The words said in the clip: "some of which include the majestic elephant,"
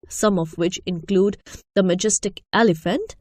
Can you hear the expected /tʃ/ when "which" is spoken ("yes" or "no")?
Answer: yes